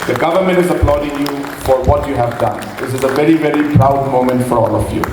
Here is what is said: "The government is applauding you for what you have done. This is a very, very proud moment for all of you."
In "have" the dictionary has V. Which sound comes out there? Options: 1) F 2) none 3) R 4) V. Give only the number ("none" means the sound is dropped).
4